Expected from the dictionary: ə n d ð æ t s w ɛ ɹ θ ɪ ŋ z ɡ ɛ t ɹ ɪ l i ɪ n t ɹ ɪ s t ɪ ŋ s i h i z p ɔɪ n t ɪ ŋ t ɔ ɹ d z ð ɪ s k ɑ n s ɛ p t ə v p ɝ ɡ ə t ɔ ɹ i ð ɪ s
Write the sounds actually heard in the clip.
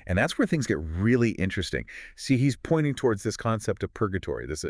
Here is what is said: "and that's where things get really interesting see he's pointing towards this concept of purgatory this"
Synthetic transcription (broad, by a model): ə n ð æ t s w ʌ ɹ θ ɪ ŋ z ɡ ɛ t ɹ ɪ l i ɪ n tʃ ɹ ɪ s t ɪ ŋ s i h i z p ɔɪ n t ɪ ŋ t ɔ ɹ d z ð ɪ s k ɑ n s ɛ p t ə v p ɝ ɡ ə t ɔ ɹ i ð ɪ s